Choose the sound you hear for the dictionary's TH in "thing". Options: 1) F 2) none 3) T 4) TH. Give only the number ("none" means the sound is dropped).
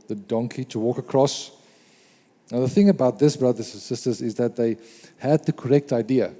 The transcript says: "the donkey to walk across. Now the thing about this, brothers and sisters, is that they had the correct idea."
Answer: 4